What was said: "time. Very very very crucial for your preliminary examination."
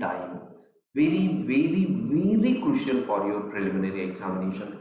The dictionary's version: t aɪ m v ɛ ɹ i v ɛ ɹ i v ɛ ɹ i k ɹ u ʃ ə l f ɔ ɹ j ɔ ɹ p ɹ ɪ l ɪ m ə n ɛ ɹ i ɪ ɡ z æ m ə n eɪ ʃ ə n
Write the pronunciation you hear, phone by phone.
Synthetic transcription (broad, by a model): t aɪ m v ɛ ɹ i v ɛ ɹ i v ɛ ɹ i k u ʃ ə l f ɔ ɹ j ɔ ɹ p ɹ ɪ l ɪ m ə n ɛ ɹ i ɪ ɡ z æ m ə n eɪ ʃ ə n